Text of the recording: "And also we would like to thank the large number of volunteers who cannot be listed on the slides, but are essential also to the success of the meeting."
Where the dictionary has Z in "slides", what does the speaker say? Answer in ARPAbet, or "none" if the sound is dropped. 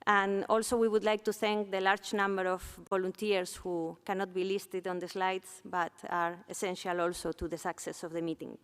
S